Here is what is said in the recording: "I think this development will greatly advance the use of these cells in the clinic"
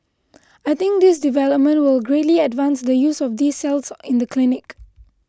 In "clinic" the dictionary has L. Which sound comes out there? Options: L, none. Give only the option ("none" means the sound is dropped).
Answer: L